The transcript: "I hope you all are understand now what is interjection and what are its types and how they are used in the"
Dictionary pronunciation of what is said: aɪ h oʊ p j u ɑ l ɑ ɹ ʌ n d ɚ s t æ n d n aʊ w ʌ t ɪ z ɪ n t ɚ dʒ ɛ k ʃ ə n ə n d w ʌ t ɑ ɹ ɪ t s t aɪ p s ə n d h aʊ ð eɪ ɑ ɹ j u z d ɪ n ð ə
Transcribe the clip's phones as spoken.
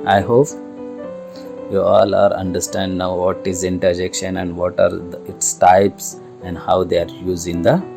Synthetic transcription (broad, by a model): aɪ h oʊ p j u ɑ l ɑ ɹ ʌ n d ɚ s t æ n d n aʊ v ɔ t ɪ z ɪ n t ɚ dʒ ɛ k ʃ ə n ə n d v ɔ t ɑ ɹ ɪ t s t aɪ p s ə n d h aʊ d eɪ ɑ ɹ j u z ɪ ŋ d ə